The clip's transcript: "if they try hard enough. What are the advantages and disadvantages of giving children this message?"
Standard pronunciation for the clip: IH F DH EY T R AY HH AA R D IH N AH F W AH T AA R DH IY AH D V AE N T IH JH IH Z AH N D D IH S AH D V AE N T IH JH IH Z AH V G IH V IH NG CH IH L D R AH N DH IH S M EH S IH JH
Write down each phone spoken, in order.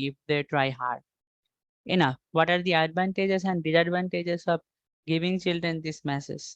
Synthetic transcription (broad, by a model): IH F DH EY T R AY HH AA R D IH N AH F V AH T AA R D IY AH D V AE N T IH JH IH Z AH N D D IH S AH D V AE N T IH JH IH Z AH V G IH V IH NG CH IH L D R AH N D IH S M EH S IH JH